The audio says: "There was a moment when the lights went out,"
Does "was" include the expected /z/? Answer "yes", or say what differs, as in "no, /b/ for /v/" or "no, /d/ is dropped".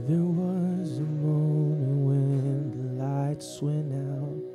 yes